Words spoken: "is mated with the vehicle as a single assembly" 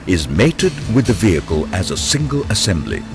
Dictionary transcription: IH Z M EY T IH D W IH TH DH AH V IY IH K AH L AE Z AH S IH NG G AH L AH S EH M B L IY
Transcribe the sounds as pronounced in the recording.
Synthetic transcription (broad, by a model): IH Z M EY T IH D W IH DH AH V IY IH K AH L AE Z AH S IH NG G AH L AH S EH M B L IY